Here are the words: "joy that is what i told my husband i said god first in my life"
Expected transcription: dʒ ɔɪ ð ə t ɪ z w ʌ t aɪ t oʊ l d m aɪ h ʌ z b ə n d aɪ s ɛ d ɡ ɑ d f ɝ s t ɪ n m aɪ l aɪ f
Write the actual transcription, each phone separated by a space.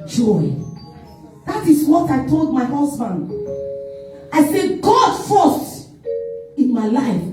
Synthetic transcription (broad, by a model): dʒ ɔɪ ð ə t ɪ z w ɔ t aɪ t oʊ l d m aɪ h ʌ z b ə n d aɪ s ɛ ɡ ɑ d f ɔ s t ɪ n m aɪ l aɪ f